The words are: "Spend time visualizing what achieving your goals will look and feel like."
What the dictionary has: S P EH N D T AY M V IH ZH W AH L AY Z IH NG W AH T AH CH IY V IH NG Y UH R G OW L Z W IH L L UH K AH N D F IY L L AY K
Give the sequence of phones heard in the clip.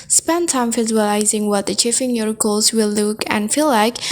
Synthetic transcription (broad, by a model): S P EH N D T AY M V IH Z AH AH L AY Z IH NG W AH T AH CH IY F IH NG Y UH R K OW L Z W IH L L UH K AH N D F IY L L AY K